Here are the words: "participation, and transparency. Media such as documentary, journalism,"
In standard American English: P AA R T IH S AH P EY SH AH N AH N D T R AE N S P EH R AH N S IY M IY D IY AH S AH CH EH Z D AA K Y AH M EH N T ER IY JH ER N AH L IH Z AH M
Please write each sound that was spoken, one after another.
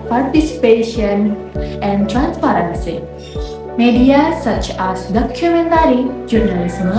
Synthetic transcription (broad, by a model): P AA R T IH S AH P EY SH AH N AH N D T R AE N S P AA R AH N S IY M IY D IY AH S AH CH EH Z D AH K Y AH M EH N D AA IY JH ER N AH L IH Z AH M